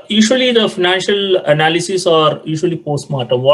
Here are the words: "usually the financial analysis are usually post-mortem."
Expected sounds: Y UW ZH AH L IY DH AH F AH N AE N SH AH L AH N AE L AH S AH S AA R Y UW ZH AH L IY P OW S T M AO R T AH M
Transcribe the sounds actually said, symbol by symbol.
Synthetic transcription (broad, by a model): Y UW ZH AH L IY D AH F AH N AE N SH AH L AH N AE L AH S AH S AA R Y UW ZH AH L IY P OW S T M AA R T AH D